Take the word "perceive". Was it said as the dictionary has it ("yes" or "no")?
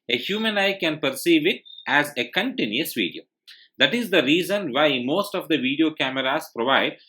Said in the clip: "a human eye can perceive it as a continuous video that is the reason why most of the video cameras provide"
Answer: yes